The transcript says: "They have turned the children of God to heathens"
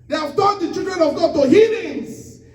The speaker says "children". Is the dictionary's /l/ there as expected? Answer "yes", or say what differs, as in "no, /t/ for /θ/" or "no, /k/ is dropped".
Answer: no, /l/ is dropped